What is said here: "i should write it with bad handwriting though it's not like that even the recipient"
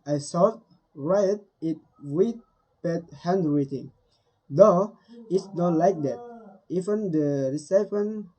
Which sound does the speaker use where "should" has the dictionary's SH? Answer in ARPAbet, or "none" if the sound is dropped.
S